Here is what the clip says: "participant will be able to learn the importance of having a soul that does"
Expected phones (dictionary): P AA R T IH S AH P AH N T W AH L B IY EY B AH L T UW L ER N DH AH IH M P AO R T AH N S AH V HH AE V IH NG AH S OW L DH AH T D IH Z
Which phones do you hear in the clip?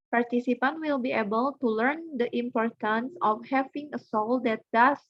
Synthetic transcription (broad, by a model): P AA R T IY S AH P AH N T W AH L B IY EY B AH L T UW L ER N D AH IH M P AO R T AH N S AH F HH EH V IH NG AH S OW L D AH T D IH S